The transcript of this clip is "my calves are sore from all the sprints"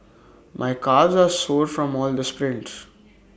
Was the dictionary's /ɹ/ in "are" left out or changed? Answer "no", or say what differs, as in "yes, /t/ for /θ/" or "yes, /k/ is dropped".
no